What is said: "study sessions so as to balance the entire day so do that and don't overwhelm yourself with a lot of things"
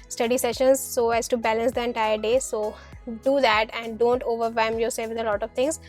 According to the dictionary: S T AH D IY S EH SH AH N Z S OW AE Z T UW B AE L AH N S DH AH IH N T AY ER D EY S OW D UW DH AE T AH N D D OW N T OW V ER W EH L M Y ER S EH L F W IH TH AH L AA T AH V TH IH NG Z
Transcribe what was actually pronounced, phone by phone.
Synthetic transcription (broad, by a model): S T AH D IY S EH SH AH N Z S OW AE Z T UW B AE L AH N S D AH IH N T AY ER D EY S OW D UW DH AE T AH N D D OW N T OW V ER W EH M Y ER S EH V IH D AH L AA T AH V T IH NG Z